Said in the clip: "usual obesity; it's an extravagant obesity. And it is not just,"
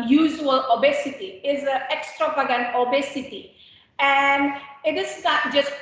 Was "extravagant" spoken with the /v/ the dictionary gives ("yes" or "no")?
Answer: no